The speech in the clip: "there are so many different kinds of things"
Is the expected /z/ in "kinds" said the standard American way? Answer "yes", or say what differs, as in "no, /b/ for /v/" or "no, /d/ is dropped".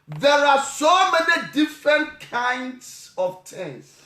no, /s/ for /z/